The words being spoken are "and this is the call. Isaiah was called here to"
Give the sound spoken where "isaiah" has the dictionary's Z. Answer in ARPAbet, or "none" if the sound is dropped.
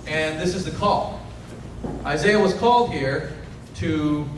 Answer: Z